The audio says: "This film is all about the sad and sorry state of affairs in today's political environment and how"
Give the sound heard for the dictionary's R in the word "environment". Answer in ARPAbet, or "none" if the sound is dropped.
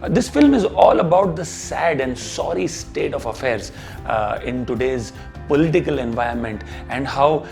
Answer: none